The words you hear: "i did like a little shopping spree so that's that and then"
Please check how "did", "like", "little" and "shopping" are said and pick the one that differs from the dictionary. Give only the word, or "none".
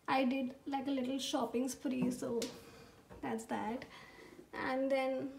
none